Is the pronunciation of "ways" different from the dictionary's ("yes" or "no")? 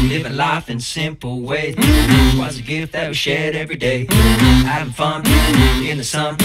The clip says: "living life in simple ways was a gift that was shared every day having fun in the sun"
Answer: yes